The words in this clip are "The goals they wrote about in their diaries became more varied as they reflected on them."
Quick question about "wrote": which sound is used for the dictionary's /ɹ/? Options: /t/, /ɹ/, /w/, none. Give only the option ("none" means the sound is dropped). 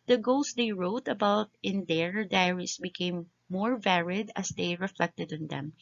/ɹ/